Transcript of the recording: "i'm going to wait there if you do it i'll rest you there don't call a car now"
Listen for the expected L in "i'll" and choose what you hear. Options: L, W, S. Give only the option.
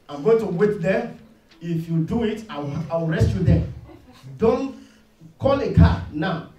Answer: W